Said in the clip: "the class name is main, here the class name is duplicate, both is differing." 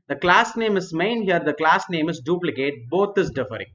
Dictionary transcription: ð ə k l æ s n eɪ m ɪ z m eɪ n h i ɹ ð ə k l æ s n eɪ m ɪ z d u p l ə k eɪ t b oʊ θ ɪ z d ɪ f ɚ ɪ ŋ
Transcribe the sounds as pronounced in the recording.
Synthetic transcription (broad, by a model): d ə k l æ s n eɪ m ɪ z m eɪ n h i ɹ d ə k l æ s n eɪ m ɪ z d u p l ə k eɪ t b oʊ t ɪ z d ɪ f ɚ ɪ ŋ